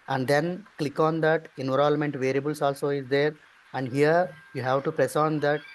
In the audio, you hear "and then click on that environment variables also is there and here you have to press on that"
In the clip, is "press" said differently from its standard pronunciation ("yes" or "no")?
no